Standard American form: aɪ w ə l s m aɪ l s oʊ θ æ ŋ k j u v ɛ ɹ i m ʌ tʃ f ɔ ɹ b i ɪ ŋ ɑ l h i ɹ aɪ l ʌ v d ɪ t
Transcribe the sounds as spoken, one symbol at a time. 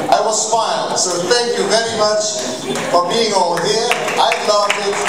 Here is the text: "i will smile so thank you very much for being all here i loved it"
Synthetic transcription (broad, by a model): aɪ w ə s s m aɪ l s oʊ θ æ ŋ k j u v ɛ ɹ i m ʌ tʃ f ɔ ɹ b i ɪ ŋ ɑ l h i ɹ aɪ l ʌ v ɪ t